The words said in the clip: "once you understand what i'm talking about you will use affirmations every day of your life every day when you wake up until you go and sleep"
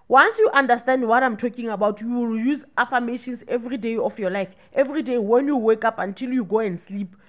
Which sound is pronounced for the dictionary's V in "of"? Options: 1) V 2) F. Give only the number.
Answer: 2